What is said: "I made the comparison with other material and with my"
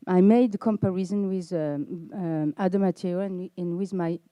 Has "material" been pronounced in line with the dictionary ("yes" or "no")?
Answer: no